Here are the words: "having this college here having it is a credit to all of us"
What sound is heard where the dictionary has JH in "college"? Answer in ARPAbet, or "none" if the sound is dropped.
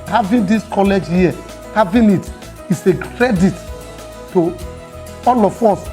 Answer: JH